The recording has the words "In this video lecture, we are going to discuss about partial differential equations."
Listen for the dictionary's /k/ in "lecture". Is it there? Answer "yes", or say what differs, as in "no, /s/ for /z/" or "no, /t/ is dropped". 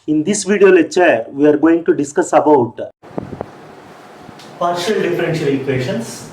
no, /k/ is dropped